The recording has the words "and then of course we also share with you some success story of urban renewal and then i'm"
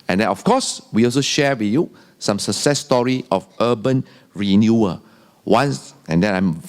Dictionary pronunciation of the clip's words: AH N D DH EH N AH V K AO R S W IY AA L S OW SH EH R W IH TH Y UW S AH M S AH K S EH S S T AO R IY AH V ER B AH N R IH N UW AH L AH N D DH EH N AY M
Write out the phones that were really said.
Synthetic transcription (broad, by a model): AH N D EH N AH F K AO S W IY AA L S OW SH EH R W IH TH Y UW S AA M S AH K S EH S S T AO R IY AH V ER B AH N R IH N UW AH W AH N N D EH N AY M